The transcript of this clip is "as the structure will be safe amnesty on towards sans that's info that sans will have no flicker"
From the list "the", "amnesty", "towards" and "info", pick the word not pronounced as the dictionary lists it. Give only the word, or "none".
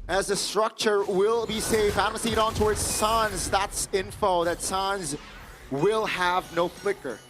amnesty